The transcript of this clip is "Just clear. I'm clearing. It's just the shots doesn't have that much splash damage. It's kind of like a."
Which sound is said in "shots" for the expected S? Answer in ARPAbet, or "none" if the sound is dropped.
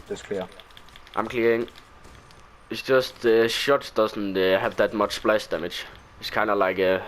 none